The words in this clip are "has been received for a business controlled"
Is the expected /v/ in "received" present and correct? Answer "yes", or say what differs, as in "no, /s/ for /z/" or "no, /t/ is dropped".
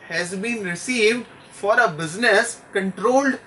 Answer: yes